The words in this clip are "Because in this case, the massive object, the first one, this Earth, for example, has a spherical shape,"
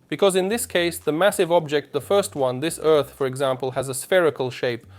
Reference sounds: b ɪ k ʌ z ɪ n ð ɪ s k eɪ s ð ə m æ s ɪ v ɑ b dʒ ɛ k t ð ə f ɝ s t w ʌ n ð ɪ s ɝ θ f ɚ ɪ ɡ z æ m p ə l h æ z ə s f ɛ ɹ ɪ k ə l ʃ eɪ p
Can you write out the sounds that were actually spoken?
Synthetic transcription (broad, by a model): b ɪ k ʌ z ɪ n ð ɪ s k eɪ s ð ə m æ s ɪ v ɑ b dʒ ɛ k t ð ə f ɝ s t w ʌ n ð ɪ s ɝ θ f ɚ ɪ ɡ z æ m p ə l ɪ z ə s f ɛ ɹ ɪ k ə l ʃ eɪ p